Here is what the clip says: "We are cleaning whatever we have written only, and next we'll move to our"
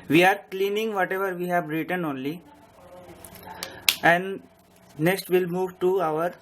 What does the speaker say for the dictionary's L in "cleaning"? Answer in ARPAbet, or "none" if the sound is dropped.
L